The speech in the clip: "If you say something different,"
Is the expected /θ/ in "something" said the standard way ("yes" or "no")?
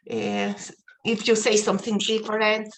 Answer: yes